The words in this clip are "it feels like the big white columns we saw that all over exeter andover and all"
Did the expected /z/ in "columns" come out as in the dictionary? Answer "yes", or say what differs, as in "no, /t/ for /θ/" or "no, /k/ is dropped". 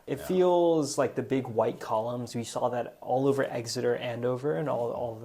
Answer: yes